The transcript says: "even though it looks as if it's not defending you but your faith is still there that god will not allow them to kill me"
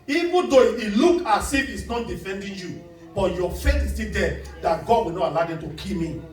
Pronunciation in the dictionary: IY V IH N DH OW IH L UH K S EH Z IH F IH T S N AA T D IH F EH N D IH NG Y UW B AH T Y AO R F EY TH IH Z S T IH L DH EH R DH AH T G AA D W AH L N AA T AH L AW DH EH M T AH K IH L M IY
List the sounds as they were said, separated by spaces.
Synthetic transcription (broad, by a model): IY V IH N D OW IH L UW K AA S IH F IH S N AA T D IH F EH N D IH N Y UW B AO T Y AO F EY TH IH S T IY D EH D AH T G AA D W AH N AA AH L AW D EH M T AH K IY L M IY